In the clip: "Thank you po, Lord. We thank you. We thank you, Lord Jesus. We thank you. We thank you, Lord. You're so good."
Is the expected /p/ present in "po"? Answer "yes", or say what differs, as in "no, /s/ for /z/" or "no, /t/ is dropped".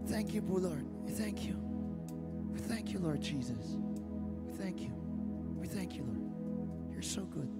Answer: no, /b/ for /p/